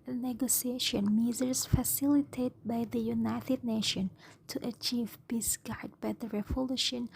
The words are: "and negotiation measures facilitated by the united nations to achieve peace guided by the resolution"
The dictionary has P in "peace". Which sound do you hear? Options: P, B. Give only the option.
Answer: B